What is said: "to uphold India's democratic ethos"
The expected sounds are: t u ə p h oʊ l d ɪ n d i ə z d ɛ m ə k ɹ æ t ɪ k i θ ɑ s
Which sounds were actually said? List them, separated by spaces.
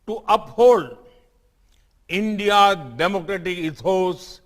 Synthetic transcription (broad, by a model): t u ə p h oʊ l d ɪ n d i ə d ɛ m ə k ɹ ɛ t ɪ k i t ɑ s